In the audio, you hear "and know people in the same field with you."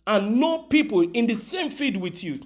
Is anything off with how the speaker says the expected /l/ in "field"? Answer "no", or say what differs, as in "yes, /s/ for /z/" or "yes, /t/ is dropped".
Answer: yes, /l/ is dropped